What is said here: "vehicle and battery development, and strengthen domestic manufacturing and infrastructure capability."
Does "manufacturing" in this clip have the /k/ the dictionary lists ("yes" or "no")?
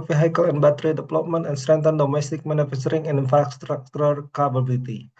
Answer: no